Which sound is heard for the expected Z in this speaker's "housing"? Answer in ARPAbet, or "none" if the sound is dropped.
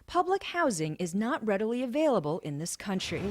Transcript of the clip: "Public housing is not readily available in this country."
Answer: Z